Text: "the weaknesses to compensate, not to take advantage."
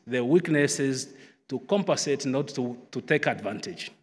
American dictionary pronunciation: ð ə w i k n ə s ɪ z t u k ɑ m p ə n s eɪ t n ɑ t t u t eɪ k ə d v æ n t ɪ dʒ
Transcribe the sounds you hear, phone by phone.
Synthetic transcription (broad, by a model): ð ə w i k n ə s ɪ z t u k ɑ m p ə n s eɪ t n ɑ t t u t eɪ k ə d v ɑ n t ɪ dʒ